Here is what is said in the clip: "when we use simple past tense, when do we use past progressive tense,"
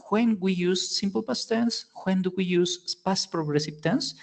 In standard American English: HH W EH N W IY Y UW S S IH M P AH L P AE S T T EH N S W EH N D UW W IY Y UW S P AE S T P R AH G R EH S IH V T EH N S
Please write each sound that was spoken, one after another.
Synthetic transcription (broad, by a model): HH W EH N W IY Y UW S S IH M P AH L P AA S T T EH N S W EH N D UW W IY Y UW S P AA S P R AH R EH S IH P T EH N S